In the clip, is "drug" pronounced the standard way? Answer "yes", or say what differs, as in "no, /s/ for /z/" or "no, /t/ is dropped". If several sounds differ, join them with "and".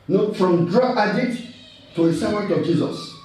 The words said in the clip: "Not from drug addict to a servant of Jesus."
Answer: no, /ɡ/ is dropped